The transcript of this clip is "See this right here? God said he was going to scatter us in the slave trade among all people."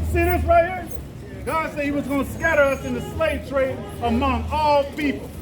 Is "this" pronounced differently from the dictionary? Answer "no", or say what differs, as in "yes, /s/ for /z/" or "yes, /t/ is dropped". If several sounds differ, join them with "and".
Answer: yes, /θ/ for /s/